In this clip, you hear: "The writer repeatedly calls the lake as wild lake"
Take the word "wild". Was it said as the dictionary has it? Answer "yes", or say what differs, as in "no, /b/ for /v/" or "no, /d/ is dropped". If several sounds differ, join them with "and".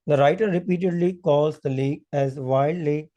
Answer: no, /l/ is dropped